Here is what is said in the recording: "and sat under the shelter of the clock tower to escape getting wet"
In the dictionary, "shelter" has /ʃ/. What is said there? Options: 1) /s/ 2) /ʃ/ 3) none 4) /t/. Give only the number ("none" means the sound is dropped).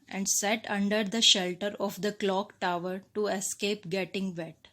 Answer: 2